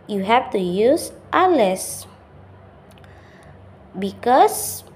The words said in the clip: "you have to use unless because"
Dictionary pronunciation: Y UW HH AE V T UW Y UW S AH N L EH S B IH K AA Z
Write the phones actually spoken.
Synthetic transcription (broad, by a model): Y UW HH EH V T UW Y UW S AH L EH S B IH K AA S